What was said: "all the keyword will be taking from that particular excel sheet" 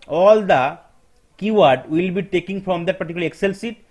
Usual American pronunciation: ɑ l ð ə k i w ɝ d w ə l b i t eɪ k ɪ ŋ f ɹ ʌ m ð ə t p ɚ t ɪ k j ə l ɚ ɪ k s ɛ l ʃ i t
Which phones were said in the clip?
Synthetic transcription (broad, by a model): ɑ l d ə k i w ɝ d w ə l b i t eɪ k ɪ ŋ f ɹ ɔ m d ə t p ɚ t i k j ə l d ɪ k s ɛ l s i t